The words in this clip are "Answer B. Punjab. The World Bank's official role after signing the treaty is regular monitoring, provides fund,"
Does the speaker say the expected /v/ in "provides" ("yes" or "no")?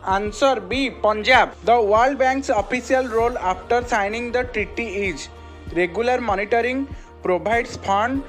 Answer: no